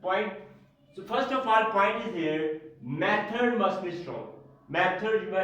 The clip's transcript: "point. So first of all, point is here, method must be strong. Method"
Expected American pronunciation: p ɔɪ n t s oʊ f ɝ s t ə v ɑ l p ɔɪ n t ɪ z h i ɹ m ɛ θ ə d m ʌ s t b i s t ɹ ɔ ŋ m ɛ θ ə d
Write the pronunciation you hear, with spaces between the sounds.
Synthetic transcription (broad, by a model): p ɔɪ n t s oʊ f ɝ s t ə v ɑ l p ɔɪ n t ɪ z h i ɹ m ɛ t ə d m ʌ s t b i s t ɹ ɔ ŋ m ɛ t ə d